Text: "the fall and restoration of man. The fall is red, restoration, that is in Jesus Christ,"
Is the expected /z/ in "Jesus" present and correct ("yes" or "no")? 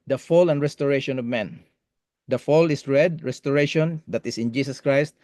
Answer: no